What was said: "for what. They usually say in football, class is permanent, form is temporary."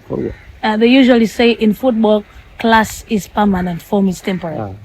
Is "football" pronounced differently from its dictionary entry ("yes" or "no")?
no